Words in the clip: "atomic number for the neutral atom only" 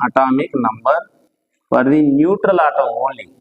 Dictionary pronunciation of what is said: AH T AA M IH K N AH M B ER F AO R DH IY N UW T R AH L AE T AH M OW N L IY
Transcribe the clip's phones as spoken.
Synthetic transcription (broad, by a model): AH T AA M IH K N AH M B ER P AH R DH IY N UW T R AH L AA T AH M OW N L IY